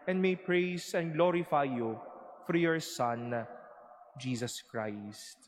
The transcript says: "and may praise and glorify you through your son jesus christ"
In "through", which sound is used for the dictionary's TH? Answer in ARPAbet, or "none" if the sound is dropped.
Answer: F